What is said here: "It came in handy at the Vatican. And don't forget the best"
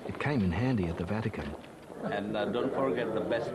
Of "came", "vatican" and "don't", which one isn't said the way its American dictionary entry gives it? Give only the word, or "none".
none